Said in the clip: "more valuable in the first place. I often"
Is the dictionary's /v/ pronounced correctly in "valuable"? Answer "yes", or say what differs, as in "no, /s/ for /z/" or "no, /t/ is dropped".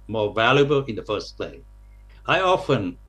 yes